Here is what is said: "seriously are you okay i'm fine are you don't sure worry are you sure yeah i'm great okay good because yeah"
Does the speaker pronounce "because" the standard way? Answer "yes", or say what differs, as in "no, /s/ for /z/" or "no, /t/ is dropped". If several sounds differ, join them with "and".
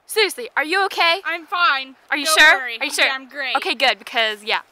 yes